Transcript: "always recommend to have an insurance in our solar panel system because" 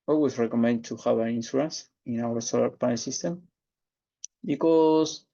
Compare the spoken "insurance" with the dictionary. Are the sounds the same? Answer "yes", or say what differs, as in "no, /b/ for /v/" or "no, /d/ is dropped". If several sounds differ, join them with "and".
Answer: no, /s/ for /ʃ/